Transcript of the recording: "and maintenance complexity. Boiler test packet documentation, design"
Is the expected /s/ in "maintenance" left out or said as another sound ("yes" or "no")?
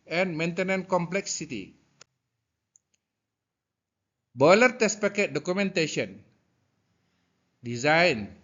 yes